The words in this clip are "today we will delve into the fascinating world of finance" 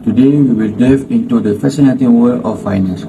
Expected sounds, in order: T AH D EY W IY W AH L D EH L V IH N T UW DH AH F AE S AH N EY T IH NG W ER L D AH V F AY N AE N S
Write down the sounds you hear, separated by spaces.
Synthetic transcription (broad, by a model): T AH D EY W IY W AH L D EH V IH N T UW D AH F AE S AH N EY T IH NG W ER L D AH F AY N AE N S